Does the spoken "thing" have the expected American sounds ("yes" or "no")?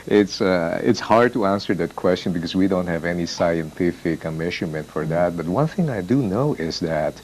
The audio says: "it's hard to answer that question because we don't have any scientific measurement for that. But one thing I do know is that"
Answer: yes